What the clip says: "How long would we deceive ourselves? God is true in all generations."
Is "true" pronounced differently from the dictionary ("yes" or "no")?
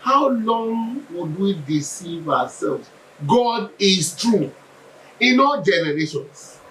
no